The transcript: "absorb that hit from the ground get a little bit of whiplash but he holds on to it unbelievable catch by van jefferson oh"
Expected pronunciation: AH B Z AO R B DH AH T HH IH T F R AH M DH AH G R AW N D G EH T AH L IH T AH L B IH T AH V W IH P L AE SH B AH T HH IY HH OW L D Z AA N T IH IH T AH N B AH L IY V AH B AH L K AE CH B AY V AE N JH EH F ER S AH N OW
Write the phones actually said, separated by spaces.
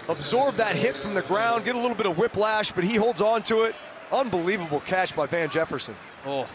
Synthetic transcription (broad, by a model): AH B Z AO R B DH AH T HH IH T F R AH M DH AH G R AW N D G EH T AH L IH T L B IH T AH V W IH P L AE SH B AH T HH IY HH OW L D Z N T IH IH T AH N B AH L IY V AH B L K AE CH B AY V AE N JH EH F ER S AH N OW